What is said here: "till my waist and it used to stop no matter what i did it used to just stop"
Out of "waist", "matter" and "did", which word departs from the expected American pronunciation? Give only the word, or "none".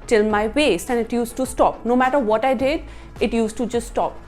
waist